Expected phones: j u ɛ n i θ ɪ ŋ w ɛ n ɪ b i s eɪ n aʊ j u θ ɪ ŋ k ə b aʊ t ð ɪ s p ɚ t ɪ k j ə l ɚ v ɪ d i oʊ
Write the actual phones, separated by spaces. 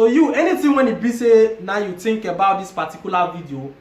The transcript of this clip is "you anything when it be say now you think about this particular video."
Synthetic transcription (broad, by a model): j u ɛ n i t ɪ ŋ w ɛ n ɪ b i s eɪ n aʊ j u t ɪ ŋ k ə b aʊ t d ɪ s p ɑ t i k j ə l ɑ v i d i oʊ